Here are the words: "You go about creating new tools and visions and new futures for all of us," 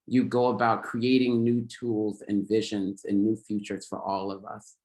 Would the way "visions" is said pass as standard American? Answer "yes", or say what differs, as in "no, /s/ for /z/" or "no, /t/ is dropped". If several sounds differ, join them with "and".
yes